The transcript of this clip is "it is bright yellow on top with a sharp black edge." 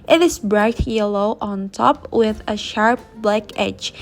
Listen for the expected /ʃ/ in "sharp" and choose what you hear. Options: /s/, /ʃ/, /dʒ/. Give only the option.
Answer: /ʃ/